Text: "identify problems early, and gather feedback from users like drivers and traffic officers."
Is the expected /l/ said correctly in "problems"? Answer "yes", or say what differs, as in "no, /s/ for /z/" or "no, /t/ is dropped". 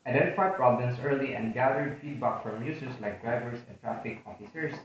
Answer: no, /l/ is dropped